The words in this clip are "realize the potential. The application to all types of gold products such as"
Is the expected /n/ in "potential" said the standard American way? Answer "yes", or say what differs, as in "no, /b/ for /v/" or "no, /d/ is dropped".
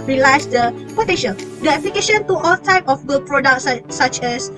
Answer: no, /n/ is dropped